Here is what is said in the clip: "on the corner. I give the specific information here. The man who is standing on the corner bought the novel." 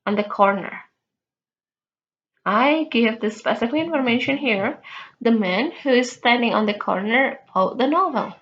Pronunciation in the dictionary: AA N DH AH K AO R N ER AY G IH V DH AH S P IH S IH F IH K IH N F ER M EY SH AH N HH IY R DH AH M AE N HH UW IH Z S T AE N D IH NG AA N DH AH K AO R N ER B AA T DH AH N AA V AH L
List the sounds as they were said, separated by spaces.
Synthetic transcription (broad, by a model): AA N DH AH K AO R N ER AY G IH V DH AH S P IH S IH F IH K IH N F ER M EY SH AH N HH IY R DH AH M AE N HH UW IH Z S T AE N D IH NG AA N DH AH K AO R N ER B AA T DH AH N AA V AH L